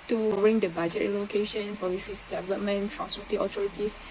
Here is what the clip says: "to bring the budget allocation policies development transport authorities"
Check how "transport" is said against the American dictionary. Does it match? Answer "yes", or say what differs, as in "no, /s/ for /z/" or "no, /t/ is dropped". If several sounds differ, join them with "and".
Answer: no, /n/ is dropped and /p/ is dropped and /l/ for /ɹ/